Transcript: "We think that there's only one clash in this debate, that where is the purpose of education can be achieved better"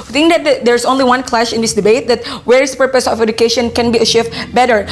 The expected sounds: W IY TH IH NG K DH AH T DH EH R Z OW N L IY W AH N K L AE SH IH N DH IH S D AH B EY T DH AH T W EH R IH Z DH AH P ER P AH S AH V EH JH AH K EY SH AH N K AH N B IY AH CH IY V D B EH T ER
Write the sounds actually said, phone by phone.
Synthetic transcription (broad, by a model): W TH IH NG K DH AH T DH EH R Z OW N L IY W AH N K L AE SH IH N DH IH S D AH B EY T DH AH T W EH R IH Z P ER P AH S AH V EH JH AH K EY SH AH N K AH N B IY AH SH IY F B EH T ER